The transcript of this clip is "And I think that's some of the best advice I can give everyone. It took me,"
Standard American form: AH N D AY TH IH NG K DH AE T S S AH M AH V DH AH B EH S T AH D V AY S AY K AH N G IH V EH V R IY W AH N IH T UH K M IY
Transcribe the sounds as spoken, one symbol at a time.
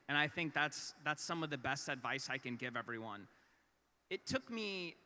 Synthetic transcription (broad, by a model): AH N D AY TH IH NG K DH AE T S S AH M AH V DH AH B EH S T AH D V AY S AY K AH N G IH V EH V R IY W AH N IH T UH K M IY